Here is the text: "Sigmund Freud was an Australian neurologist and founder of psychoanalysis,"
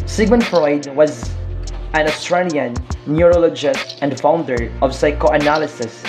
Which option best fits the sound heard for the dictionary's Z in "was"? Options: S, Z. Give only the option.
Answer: Z